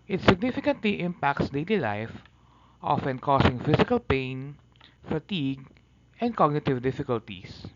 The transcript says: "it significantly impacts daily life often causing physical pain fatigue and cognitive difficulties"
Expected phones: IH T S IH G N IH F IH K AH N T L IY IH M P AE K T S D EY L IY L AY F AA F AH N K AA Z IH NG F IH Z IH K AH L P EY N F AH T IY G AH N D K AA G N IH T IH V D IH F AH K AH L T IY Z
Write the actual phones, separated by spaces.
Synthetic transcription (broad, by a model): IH T S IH G N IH F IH K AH N T L IY IH M P AE K T S D EY L IY L AY F AA F AH N K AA S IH NG F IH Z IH K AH L P EY N F AH T IY G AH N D K AA G N IH T IH V D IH F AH K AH L T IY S